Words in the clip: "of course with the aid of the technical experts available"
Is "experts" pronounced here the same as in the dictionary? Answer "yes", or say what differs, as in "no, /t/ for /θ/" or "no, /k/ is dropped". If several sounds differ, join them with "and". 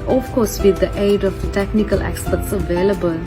no, /p/ is dropped